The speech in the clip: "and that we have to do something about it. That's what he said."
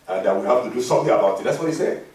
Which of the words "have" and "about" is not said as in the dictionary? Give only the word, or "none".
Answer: have